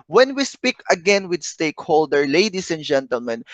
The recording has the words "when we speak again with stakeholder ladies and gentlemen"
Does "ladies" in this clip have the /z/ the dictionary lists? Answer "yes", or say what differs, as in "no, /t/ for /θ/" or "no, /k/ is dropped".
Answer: no, /s/ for /z/